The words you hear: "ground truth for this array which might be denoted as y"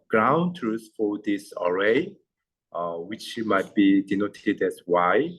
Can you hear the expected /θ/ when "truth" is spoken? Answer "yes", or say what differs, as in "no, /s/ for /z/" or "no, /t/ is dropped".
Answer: no, /s/ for /θ/